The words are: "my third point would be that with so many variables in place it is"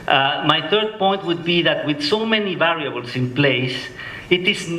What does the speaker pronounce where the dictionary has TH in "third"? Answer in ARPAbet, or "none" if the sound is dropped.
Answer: TH